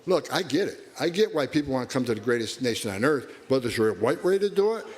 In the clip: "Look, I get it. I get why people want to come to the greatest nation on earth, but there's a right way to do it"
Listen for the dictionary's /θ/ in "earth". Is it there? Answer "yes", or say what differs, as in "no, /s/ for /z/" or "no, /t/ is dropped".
yes